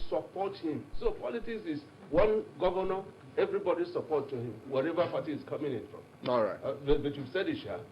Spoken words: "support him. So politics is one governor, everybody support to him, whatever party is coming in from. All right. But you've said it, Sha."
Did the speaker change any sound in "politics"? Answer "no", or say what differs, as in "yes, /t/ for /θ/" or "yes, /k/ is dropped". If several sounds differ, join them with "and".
no